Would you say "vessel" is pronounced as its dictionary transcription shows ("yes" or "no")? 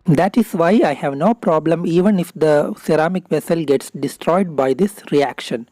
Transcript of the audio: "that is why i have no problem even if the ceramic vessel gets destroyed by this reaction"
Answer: yes